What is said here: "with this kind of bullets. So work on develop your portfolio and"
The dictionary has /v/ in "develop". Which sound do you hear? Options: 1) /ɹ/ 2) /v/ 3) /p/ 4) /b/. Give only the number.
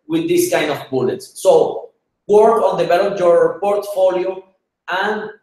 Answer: 4